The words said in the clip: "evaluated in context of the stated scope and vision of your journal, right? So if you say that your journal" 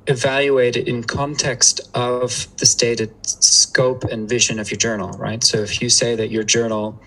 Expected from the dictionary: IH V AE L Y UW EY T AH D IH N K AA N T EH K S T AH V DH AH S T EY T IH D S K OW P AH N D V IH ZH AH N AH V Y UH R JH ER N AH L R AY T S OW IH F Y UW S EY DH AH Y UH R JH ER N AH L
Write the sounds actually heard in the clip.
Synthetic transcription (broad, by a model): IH V AE L Y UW EY T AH D IH N K AA N T EH K S T AH V DH AH S T EY T IH D S K OW P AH N V IH ZH AH N AH V Y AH R JH ER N L R AY T S OW IH F Y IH S EY DH AH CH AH R JH ER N L